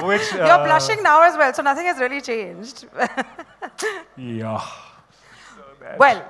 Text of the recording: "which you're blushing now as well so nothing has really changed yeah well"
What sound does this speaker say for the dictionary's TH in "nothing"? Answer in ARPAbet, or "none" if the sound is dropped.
T